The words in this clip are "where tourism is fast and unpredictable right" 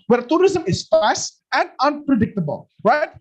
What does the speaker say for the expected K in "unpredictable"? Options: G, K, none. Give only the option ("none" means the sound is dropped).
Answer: K